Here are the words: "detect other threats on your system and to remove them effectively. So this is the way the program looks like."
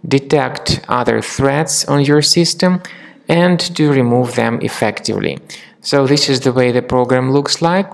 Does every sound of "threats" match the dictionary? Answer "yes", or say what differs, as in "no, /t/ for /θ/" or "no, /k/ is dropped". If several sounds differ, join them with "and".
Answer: yes